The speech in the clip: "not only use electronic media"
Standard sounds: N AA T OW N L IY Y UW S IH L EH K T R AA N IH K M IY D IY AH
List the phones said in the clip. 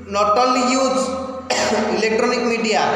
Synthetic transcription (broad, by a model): N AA T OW L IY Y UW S IH L EH K T R AA N IH K M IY D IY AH